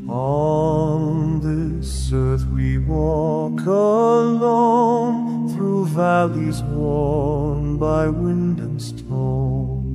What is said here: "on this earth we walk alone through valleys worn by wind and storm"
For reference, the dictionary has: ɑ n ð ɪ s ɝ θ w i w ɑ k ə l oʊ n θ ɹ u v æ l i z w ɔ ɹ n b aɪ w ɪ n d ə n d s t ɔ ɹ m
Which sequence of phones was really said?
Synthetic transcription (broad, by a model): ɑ n ð ɪ s ɝ θ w i w ɑ k ə l oʊ n θ ɹ u v æ l i z w ɔ ɹ n b aɪ w ɪ n d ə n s t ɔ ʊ